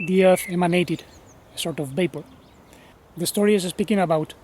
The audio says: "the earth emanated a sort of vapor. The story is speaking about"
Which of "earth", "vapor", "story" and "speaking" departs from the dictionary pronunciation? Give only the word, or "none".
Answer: vapor